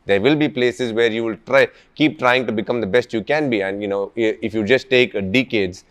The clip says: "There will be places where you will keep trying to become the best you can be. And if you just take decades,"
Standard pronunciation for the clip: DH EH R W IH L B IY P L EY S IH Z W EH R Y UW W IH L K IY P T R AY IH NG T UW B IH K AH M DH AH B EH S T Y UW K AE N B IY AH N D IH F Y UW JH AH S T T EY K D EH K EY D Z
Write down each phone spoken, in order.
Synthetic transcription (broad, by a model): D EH R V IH L B IY P L EY S IH Z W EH R Y UW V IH L K IY P T R AY IH NG T UW B IH K AH M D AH B EH S T Y UW K AE N B IY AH N D IH F Y UW JH AH S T T EY K D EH K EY D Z